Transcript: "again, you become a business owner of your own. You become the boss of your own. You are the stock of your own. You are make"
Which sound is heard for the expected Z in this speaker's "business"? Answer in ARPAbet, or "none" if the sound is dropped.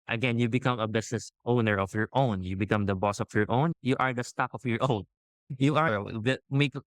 S